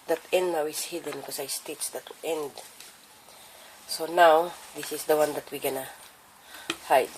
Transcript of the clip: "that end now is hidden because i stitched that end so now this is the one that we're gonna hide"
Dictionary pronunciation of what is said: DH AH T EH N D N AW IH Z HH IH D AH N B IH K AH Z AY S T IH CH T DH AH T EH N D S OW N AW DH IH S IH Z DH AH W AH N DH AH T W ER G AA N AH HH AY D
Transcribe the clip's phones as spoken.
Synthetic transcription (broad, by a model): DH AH T EH N D N AW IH S HH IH D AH N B K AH S AY S T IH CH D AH T EH N D S OW N AW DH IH S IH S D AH W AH N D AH T W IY G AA N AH HH AY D